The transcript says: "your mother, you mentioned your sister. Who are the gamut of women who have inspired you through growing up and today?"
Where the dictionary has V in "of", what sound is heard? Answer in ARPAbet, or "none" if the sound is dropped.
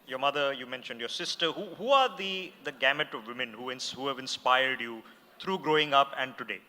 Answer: V